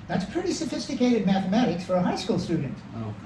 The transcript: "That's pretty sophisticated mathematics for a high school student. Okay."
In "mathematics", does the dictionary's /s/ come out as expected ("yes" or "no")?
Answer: yes